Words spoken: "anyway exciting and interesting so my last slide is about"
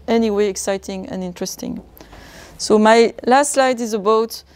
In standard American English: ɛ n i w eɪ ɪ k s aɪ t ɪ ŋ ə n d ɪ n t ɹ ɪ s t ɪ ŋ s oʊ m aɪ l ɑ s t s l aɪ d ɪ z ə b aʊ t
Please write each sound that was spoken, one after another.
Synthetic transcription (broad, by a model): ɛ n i w eɪ ɪ k s aɪ t ɪ ŋ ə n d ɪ n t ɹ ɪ s t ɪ ŋ s oʊ m aɪ l ɑ s t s l aɪ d ɪ z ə b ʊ t